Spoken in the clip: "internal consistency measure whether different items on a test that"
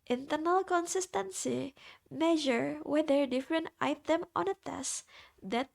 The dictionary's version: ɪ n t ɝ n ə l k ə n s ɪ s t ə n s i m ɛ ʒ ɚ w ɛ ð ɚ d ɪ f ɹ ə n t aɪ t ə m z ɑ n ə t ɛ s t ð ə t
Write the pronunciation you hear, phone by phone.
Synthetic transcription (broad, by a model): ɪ n t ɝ n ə l k ə n s ɪ s t ə n s i m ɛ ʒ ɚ w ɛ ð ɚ d ɪ f ɹ ə n t aɪ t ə m ɑ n ə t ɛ s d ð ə t